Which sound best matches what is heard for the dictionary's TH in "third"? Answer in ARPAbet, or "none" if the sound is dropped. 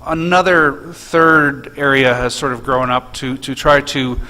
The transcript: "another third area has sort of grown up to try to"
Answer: TH